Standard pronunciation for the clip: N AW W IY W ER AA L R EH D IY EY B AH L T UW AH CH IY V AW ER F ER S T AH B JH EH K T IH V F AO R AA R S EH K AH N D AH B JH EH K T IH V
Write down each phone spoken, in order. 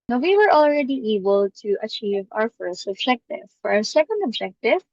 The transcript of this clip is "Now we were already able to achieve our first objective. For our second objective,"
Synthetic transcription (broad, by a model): N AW W IY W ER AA L R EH D IY EY B AH L T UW AH CH IY V AW ER F ER S T AH B JH EH K T IH V F AO R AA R S EH K AH N D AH B JH EH K T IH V